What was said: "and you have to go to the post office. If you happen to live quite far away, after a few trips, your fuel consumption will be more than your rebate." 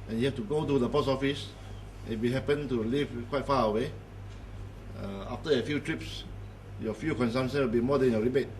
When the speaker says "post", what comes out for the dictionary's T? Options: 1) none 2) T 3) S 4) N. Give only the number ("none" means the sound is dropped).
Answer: 1